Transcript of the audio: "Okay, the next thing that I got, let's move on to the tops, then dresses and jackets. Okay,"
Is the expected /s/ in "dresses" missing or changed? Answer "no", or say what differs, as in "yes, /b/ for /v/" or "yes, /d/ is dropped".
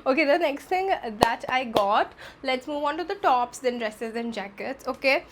no